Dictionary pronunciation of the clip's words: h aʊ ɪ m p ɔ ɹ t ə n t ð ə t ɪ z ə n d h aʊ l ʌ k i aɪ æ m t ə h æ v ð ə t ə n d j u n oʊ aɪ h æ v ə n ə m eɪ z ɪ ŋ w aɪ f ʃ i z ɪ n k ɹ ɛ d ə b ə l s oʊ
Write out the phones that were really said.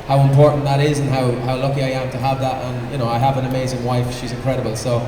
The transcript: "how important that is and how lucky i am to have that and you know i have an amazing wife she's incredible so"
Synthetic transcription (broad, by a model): h aʊ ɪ m p ɔ ɹ t n ð ə t ɪ z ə n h h aʊ l ʌ k i aɪ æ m t ə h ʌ v ð ə t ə n j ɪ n oʊ aɪ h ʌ v ə n ə m eɪ z ɪ ŋ w aɪ f ʃ i z ɪ n k ɹ ɛ d ə b ə l s oʊ